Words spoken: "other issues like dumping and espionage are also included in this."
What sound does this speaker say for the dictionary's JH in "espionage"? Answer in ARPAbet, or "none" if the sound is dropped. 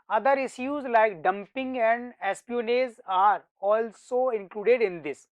Z